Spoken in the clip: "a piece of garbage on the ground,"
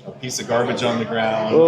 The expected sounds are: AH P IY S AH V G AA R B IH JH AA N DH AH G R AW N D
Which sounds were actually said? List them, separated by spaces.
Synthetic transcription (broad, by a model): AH P IY S AH V G AA R B IH JH N DH AH G R AW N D